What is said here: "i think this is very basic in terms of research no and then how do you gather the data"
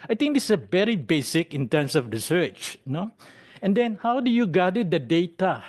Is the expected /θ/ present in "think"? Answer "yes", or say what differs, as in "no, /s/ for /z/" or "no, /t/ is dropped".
no, /t/ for /θ/